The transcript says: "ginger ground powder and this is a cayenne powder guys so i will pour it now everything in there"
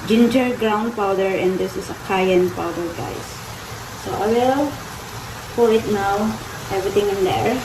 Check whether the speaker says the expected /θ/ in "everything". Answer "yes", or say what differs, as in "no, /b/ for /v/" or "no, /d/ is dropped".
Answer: no, /t/ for /θ/